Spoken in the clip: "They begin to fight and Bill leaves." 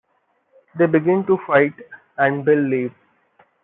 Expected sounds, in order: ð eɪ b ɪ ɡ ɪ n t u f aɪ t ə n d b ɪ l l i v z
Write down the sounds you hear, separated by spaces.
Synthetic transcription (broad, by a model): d eɪ b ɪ ɡ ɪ n t u f aɪ t ə n d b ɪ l l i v